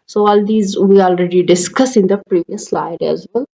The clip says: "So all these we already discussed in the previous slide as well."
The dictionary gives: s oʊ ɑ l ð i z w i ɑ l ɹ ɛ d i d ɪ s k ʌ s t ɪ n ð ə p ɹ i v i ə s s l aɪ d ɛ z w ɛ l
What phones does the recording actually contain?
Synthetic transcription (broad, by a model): s oʊ ɑ l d i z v i ɑ l ɹ ɛ d i d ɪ s k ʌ s ɪ n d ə p ɹ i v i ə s s l aɪ d ɛ z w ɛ l